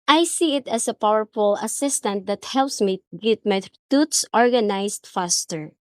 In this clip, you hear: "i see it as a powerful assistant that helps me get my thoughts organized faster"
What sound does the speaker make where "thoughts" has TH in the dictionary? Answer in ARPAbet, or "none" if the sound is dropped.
T